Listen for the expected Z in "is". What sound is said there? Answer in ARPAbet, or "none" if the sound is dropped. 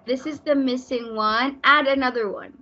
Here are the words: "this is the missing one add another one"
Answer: Z